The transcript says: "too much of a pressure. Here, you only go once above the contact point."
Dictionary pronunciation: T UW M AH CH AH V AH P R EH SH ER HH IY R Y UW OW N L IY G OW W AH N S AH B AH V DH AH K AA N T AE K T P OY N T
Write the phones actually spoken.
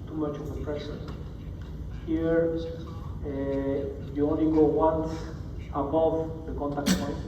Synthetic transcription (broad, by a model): T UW M AH CH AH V AH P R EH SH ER HH IY R Y UW OW N L IY G OW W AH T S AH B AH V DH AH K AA N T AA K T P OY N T